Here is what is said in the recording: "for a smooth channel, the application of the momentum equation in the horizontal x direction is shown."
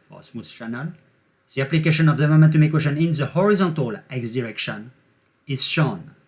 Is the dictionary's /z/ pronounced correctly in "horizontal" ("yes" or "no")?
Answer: yes